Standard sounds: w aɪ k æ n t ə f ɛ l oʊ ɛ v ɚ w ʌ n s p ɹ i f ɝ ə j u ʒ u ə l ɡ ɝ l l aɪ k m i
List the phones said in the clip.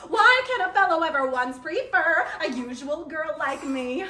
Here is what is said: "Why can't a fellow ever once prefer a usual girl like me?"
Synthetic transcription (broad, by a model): w aɪ k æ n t ə f ɛ l oʊ ɛ v ɚ w ʌ n s p ɹ i f ɝ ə j u ʒ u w l ɡ ɝ l l aɪ k m i